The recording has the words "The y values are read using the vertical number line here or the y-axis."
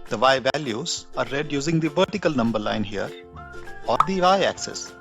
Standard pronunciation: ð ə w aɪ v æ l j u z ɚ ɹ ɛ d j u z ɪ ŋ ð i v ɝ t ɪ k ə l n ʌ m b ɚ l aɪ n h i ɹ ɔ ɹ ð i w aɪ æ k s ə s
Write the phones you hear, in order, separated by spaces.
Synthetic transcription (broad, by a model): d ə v aɪ v æ l j u z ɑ ɹ ɛ d j u z ɪ ŋ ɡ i v ɝ t ɪ k ə l n ʌ m b ɚ l aɪ n h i ɹ ɔ ɹ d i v aɪ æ k s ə s